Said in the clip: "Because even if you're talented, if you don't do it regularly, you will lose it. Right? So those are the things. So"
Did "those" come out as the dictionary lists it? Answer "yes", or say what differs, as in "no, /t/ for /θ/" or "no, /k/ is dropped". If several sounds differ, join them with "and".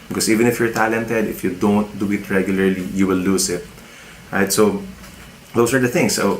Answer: no, /s/ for /z/